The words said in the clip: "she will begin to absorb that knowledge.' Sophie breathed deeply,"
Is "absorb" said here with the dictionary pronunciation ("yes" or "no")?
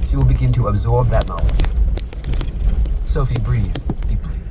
yes